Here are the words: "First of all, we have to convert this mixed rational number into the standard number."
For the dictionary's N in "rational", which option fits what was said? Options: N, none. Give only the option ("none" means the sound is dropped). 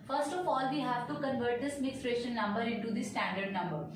none